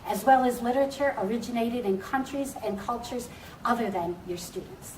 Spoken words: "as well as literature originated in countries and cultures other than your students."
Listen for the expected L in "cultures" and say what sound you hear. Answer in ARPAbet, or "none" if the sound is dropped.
L